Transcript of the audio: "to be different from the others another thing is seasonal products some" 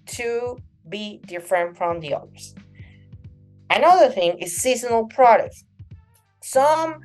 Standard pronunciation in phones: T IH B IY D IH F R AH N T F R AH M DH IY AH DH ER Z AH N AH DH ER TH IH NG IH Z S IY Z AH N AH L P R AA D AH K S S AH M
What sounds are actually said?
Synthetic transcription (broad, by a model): T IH B IY D IH F R AH N T F R AH M DH IY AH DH ER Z AH N AH DH ER TH IH NG IH Z S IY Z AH N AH L P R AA D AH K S S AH M